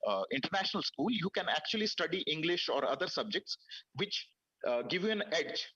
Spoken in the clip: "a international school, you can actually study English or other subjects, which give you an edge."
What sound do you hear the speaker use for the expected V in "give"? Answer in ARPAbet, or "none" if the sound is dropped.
V